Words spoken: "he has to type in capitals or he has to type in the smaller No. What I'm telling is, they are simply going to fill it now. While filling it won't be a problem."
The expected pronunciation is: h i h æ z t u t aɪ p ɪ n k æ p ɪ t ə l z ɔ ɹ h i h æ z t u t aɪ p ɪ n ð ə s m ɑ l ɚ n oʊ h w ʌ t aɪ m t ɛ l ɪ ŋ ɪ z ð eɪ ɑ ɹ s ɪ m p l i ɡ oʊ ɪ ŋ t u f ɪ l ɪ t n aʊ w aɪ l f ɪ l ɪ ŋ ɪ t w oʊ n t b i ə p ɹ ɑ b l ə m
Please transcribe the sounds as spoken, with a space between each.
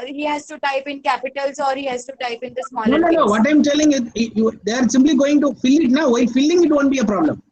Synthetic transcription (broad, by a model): h i h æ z t u t aɪ p ɪ n k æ p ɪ t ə l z ɔ ɹ h i h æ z t u t aɪ p ɪ n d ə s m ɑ n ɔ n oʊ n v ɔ t aɪ m t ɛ l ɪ ŋ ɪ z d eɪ ɑ ɹ s ɪ m p l i ɡ oʊ ɪ ŋ t u f ɪ l ɪ t n aʊ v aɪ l f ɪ l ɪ ŋ ɪ t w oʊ n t b i ə p ɹ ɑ b l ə m